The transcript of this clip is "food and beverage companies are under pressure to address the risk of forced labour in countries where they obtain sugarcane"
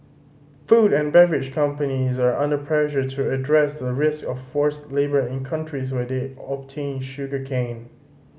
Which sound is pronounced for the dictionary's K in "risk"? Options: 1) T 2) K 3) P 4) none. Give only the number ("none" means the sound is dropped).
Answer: 2